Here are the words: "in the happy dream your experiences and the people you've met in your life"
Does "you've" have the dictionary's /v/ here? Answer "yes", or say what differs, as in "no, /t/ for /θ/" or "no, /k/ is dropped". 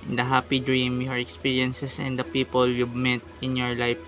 no, /b/ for /v/